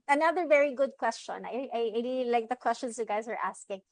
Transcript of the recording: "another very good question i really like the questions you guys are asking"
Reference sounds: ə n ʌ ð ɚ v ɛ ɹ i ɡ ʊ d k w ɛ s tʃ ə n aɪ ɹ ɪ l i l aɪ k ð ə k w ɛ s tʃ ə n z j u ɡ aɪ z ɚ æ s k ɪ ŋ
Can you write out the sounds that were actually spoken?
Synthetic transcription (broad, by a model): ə n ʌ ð ɚ v ɛ ɹ i ɡ ʊ d k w ɛ s tʃ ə n aɪ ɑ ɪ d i l aɪ k ð ə k w ɛ s tʃ ə n z j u ɡ aɪ z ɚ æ s k ɪ ŋ